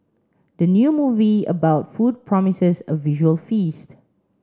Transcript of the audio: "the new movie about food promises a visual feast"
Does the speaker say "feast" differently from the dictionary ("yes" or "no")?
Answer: no